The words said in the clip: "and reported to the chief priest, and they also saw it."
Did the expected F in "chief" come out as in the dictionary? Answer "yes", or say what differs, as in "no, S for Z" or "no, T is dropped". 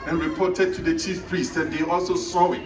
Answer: yes